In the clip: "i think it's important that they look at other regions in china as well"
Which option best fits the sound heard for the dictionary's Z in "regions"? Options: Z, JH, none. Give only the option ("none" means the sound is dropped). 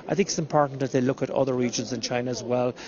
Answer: Z